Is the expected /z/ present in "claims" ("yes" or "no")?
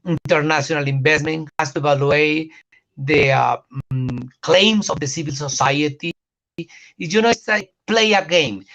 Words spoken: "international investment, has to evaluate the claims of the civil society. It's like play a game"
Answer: no